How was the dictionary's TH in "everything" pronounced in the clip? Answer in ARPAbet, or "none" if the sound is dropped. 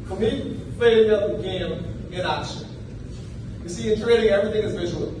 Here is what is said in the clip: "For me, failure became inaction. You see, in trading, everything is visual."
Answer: TH